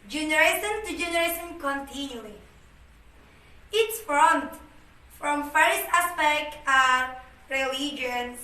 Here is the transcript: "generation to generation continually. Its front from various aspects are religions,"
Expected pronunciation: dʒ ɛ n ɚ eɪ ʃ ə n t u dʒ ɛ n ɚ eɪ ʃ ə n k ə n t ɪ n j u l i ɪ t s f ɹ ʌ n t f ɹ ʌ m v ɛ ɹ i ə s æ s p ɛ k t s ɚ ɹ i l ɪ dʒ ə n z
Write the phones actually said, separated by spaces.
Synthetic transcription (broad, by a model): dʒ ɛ n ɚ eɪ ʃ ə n t u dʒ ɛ n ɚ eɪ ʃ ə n k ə n t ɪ n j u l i ɪ t s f ɹ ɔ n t f ɹ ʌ m f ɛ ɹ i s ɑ s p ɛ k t ɚ ɹ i l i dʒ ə n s